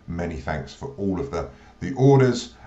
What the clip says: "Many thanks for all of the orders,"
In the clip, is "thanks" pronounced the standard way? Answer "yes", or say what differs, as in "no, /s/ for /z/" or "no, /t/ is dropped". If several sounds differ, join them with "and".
yes